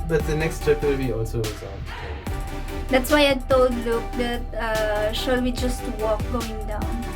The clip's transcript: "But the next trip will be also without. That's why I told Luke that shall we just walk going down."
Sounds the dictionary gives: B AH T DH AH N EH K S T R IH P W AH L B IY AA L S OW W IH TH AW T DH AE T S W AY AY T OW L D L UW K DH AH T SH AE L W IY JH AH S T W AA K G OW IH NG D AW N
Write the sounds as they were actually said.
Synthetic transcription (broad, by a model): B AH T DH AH N EH K S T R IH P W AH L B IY AA L S OW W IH S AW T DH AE T S W AY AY T OW L D L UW K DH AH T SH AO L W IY JH AH S T W AA K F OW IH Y D AW N